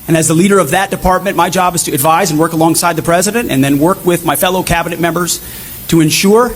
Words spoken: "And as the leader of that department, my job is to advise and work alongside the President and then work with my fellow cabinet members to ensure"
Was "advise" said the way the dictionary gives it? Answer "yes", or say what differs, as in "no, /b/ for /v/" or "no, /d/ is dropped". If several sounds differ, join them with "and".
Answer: yes